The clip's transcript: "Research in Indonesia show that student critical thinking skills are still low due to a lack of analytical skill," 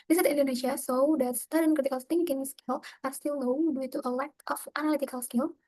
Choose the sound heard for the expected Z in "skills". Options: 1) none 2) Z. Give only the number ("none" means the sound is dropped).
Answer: 1